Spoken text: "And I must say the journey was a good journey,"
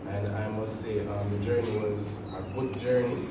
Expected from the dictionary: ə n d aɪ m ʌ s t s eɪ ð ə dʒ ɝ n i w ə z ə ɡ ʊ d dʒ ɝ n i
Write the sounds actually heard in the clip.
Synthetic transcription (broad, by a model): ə n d aɪ m ʌ s t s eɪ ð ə dʒ ɝ n i w ə z ə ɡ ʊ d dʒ ɝ n i